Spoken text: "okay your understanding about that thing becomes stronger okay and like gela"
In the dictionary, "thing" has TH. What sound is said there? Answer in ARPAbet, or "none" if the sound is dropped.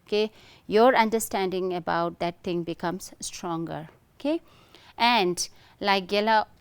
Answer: T